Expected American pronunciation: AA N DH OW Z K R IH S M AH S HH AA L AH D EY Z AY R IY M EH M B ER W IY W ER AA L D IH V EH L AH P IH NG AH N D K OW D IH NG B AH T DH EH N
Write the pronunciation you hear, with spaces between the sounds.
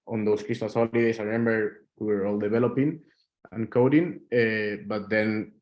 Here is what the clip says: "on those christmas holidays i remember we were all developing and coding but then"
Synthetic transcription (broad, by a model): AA N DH OW S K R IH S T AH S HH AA L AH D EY S AY R IY M EH M B ER W IY W ER AA L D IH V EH L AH P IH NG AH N K OW D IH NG B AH T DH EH N